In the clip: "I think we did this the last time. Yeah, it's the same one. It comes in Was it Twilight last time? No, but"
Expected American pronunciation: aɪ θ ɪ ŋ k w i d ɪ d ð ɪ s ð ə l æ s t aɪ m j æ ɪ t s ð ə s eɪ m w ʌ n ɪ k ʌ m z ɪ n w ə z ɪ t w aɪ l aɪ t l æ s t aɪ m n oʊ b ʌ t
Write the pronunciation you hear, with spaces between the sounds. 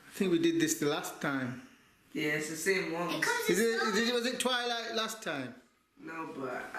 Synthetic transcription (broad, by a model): aɪ θ ɪ ŋ k w i d ɪ d ð ɪ s ð ə l æ s t aɪ m j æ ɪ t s ð ə s eɪ m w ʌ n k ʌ z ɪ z w ə z ɪ t w aɪ l aɪ t l æ s t aɪ m n oʊ b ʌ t